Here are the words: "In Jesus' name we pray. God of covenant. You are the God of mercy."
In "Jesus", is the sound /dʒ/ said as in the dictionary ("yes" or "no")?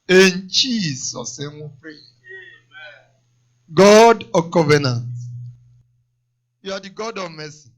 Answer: no